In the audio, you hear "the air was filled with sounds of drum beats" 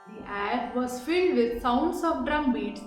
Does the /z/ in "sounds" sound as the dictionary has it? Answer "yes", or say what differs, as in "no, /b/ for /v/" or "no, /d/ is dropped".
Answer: no, /s/ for /z/